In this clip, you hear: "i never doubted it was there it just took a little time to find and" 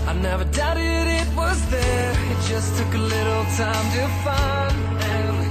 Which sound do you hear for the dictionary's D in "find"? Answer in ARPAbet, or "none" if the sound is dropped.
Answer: none